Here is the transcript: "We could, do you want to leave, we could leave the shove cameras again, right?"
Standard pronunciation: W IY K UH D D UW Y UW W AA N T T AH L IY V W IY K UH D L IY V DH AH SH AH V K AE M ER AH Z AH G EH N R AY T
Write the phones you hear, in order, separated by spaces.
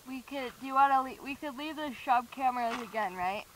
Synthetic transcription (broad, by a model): W IY K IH D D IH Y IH W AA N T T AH L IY W IY K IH D L IY V DH AH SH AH B K AE M ER AH Z AH G EH N R AY T